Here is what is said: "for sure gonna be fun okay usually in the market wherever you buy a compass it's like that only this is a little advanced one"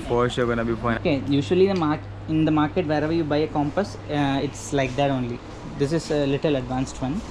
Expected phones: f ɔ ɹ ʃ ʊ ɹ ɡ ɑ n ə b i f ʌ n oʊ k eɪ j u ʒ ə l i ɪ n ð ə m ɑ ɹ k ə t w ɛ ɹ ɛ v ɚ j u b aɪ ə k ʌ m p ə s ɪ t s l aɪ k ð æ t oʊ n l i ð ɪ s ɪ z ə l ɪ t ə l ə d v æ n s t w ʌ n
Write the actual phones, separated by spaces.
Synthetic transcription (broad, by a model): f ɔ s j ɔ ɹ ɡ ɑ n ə b i p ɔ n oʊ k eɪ j u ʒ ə l i ɪ n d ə m ɑ ɹ k ə t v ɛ ɹ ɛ v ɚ j u b aɪ ə k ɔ m p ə s ɪ t s l aɪ k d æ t oʊ n l i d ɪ s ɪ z ə l ɪ t ə l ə d v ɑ n s t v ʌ n